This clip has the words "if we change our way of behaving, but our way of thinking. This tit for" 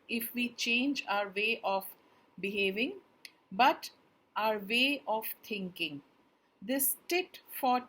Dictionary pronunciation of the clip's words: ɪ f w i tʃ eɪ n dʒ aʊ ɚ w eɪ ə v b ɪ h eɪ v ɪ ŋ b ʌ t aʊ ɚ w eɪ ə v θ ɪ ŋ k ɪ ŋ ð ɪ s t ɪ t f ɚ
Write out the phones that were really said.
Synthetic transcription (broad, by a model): ɪ f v i tʃ eɪ n dʒ aʊ ɚ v eɪ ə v b ɪ h eɪ v ɪ ŋ b ʌ t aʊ ɚ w eɪ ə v t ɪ ŋ k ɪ ŋ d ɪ s t ɪ t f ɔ